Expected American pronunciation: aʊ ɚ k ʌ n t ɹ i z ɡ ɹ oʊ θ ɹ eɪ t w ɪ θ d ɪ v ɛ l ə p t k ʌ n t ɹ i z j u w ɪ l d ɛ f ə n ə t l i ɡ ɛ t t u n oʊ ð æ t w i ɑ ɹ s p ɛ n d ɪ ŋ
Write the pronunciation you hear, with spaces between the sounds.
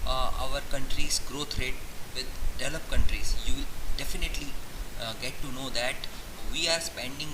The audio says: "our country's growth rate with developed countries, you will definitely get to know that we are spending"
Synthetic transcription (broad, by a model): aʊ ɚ k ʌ n t ɹ i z ɡ ɹ oʊ t ɹ eɪ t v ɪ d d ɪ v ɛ l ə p k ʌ n t ɹ i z j u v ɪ l d ɛ f ə n ə t l i ɡ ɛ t t u n oʊ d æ t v i ɑ ɹ s p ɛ n d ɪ ŋ